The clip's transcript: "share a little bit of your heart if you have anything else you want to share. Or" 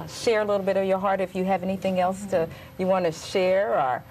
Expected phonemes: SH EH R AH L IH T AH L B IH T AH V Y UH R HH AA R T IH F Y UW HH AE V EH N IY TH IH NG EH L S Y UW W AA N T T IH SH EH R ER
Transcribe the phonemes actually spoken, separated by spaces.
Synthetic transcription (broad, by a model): SH EH R AH L IH T L B IH T AH V Y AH R HH AA R T IH F Y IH V EH N IY TH IH NG EH L S Y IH W AA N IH SH EH R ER